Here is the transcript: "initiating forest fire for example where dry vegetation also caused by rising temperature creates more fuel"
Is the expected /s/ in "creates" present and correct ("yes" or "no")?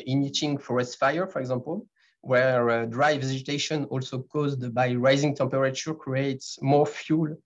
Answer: yes